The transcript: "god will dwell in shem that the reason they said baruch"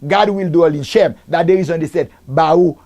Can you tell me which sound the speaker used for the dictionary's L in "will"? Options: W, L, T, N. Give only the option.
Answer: L